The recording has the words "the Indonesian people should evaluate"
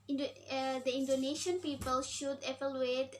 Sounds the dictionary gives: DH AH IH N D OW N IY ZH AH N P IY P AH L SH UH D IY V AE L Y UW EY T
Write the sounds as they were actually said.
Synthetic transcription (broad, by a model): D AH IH N D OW N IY SH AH N P IY P AH L SH UH D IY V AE L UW EY T